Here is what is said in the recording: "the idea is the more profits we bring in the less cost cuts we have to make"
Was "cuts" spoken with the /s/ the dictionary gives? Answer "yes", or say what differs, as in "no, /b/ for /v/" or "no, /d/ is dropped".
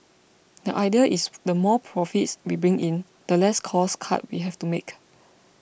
no, /s/ is dropped